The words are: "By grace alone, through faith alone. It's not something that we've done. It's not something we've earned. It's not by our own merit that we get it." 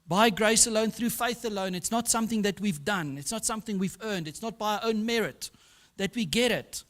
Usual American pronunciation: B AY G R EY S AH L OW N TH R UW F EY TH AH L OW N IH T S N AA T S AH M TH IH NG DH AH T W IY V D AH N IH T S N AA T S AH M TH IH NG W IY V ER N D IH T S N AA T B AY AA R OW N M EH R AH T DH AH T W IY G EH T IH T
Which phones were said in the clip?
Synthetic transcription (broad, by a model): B AY G R EY S AH L OW N TH R UW F EY TH AH L OW N IH T S N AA T S AH M TH IH NG DH AH T W IY V D AH N IH T S N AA T S AH M TH IH NG W IY V ER N D IH T S N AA T B AY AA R OW N M EH R AH T DH AH T W IY G EH T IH T